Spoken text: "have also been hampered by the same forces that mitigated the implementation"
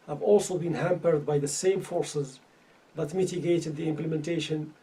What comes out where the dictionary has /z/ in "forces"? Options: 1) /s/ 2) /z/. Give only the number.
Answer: 2